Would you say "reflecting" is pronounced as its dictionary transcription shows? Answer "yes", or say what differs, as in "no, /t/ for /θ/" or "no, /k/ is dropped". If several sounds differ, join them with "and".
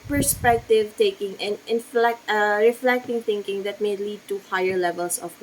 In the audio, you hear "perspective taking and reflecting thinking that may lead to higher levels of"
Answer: yes